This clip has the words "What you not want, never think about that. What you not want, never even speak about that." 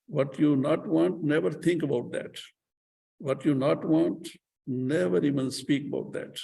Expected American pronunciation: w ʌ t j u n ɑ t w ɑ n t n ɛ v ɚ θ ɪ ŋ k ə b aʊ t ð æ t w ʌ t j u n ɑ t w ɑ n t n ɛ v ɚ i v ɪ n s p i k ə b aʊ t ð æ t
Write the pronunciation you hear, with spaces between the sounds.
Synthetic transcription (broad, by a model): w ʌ t j u n ɑ t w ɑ n t n ɛ v ɚ t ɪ ŋ k ə b aʊ t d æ t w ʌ t j u n ɑ t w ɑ n t n ɛ v ɚ i v ɪ n s p i k ə b aʊ t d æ t